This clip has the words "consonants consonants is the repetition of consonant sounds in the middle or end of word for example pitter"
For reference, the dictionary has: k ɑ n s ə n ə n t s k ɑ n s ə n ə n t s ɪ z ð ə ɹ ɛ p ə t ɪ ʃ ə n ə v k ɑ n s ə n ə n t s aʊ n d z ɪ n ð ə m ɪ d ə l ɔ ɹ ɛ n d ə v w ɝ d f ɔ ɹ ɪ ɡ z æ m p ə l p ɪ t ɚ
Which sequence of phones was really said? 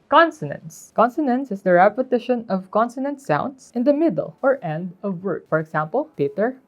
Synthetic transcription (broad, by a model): k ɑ n s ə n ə n s k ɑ n s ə n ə n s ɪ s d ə ɹ ɛ p ə t ɪ ʃ ə n ə v k ɑ n s ə n ə n t s aʊ n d s ɪ n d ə m ɪ d ə l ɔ ɹ ɛ n d ə v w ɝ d f ɔ ɹ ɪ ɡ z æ m p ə l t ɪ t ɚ